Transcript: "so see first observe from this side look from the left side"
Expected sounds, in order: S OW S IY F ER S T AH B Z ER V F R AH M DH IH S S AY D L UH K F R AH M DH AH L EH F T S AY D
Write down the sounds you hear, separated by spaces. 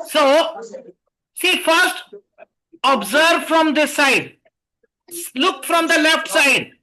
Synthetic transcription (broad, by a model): S OW S IY F ER S T AH B Z ER V F R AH M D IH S S AY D L UH K F R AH M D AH L EH F T S AY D